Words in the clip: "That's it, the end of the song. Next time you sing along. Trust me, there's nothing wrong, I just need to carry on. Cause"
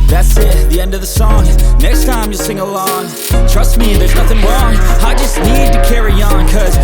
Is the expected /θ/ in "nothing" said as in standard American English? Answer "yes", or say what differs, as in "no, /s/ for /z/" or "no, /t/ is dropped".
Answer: yes